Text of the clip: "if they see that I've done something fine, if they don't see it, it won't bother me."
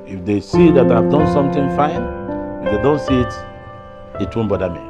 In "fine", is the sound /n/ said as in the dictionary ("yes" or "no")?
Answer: yes